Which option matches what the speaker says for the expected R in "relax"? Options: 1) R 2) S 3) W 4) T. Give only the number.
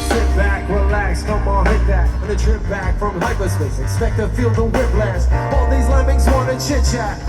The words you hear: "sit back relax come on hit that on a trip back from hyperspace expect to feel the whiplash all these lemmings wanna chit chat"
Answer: 3